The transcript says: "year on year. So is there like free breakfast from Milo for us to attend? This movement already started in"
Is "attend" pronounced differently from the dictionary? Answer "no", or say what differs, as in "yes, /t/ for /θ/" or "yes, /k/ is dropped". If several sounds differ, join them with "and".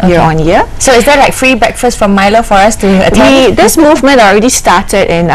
yes, /n/ is dropped